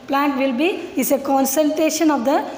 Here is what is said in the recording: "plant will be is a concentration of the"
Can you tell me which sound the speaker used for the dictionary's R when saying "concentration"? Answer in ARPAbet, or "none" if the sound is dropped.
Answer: none